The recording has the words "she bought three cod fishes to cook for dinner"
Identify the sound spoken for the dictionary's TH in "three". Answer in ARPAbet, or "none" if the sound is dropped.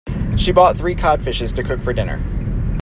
TH